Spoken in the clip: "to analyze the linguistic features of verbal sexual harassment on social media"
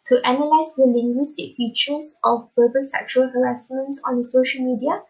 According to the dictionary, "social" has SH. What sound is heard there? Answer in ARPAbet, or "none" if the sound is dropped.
SH